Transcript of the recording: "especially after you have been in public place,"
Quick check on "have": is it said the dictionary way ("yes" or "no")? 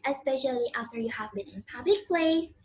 yes